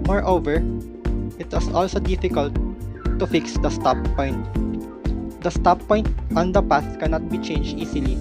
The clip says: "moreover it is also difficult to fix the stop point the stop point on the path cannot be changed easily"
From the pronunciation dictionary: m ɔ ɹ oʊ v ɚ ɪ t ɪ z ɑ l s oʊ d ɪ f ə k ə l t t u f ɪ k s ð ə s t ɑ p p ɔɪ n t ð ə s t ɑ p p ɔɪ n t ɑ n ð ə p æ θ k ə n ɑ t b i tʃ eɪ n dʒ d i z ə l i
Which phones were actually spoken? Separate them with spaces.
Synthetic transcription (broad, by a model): m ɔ ɹ oʊ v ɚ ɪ t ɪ s ɑ l s oʊ d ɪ f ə k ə l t t u f ɪ k s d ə s t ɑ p p ɔɪ n t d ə s t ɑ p p ɔɪ n t ɑ n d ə p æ t k ə n ɑ t b i tʃ eɪ n dʒ d i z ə l i